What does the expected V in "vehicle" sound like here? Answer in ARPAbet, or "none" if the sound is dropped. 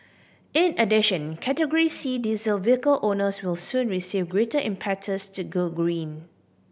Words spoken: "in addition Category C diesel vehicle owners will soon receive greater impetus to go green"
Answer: V